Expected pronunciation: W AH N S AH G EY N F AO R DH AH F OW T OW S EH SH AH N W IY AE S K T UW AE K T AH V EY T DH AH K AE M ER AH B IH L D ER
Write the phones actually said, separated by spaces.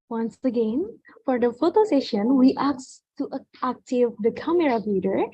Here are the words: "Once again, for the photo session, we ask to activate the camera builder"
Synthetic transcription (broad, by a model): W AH N S AH G EY N F AO R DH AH F OW T OW S EH SH AH N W IY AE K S T UW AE K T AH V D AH K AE M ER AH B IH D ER